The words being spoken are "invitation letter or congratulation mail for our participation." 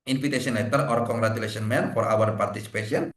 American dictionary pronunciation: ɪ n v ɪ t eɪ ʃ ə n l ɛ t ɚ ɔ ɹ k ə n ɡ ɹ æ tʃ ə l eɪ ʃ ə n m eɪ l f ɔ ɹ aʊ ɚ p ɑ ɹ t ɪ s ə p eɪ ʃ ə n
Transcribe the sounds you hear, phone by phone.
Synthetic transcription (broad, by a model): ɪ n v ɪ t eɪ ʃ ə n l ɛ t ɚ ɔ ɹ k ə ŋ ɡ ɹ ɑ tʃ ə l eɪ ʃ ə n m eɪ n f ɔ ɹ aʊ ɚ p ɑ ɹ t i s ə p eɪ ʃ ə n